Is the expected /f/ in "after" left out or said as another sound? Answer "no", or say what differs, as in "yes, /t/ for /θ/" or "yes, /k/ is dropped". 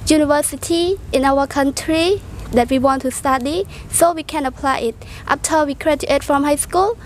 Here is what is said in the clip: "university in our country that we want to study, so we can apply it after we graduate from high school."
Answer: yes, /p/ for /f/